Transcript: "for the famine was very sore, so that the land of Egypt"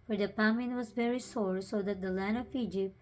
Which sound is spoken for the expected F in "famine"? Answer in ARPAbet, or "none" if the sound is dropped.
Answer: P